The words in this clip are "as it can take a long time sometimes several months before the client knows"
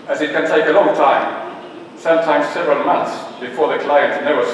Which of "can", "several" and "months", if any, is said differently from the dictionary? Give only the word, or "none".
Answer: none